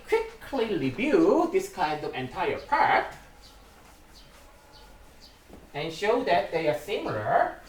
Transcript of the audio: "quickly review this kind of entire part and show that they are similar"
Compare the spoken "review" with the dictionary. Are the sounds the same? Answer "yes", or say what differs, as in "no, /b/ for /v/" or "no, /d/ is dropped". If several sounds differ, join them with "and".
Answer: no, /b/ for /v/